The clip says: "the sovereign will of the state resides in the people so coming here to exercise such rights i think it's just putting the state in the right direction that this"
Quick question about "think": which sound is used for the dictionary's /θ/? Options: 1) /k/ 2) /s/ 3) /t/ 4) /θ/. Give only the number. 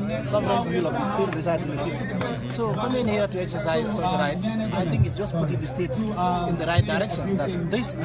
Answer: 3